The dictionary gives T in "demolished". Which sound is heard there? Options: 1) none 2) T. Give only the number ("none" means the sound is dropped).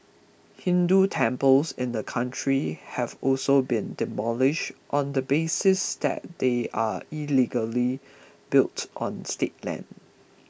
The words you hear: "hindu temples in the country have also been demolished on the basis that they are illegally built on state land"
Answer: 2